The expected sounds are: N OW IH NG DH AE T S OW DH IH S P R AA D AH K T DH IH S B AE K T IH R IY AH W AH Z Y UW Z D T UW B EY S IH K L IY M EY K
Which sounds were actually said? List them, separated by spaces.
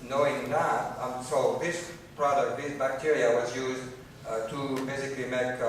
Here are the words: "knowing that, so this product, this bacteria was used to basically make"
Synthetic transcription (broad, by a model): N OW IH NG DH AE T S OW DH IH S P R AA D AH K T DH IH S B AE K T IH R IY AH W AH Z Y UW Z D T UW B EY S IH K L IY M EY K